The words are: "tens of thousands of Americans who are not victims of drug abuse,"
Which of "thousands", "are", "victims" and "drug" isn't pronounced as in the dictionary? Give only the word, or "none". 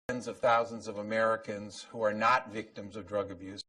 none